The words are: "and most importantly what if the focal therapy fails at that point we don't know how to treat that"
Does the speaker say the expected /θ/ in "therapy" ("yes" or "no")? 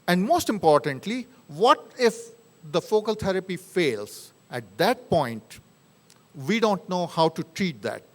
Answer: no